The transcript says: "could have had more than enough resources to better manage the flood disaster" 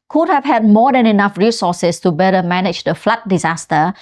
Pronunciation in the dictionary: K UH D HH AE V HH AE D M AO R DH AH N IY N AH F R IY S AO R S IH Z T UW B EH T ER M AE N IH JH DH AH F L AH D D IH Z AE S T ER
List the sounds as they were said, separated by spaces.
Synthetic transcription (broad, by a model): K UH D HH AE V HH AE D M AO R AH N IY N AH F R IY S AO S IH S T UW B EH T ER M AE N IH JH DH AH F L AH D D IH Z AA S T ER